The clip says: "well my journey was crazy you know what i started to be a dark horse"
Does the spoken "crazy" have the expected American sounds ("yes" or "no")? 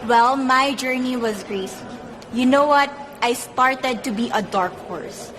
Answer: no